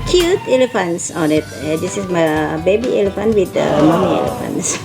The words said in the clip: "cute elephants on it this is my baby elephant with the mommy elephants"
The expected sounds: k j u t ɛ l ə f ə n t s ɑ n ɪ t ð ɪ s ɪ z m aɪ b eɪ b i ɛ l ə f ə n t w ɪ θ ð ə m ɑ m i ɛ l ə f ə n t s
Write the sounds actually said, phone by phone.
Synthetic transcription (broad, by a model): k j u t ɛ l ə f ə n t s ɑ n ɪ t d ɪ s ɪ s m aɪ b eɪ b i ɛ l ə f ə n t w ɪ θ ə m ɑ m i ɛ l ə f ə n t s